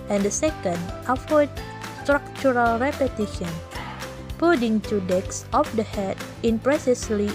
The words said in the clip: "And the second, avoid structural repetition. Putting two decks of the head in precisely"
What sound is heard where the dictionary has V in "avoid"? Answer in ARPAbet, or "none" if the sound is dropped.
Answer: F